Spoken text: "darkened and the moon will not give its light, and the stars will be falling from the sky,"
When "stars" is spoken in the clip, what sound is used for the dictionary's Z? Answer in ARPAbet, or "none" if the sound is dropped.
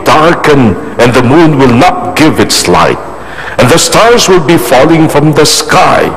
Z